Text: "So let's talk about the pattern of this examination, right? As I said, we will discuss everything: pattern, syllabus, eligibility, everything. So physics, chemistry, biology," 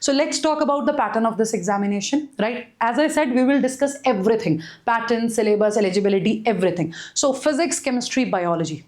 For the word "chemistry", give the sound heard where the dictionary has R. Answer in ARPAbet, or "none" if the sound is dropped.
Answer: R